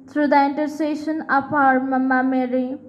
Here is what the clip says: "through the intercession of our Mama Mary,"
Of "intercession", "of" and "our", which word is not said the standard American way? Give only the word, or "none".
of